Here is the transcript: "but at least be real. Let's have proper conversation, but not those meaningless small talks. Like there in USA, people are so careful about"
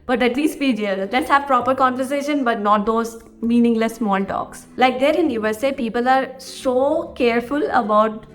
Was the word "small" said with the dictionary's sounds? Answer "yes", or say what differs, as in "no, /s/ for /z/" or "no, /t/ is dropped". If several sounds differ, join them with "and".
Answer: no, /n/ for /l/